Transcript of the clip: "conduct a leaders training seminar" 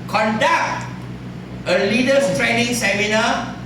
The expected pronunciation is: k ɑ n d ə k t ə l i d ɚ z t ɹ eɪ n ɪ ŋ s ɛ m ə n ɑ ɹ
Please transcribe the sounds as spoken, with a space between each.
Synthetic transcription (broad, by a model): k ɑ n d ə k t ə l i d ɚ s t ɹ eɪ n ɪ ŋ s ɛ m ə n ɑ